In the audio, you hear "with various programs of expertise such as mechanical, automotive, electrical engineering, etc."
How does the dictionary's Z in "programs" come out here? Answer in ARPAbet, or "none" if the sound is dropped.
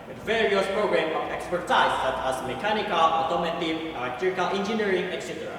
none